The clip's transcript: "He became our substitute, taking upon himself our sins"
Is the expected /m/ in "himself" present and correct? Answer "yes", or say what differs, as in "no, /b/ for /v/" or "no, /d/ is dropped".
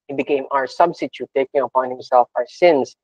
yes